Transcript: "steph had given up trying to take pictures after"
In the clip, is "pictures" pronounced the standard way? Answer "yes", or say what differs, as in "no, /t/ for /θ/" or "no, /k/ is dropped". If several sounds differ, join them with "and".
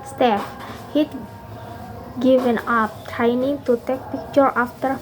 no, /z/ is dropped